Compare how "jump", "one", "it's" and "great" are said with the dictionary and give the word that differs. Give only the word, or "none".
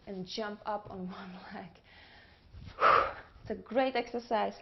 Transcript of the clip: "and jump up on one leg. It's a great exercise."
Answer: none